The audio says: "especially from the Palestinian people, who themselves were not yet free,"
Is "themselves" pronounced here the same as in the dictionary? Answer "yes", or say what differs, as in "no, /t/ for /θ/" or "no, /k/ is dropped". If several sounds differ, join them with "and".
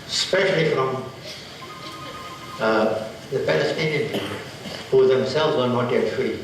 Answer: yes